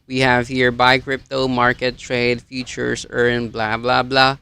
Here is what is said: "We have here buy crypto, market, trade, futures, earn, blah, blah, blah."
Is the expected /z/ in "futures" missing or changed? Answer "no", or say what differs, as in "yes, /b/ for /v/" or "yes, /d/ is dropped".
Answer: yes, /s/ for /z/